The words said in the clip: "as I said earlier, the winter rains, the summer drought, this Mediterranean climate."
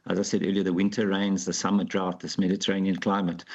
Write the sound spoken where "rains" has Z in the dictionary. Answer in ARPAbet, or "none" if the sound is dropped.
Z